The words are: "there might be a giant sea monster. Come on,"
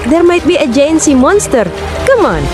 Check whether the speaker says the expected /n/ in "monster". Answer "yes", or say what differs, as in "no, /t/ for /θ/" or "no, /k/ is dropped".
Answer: yes